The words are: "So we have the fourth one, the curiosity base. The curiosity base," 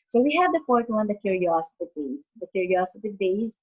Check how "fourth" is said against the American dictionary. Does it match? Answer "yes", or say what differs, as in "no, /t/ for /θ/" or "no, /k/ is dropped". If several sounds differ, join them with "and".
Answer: no, /t/ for /θ/